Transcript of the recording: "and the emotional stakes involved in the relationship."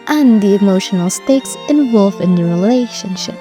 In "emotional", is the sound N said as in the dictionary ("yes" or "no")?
yes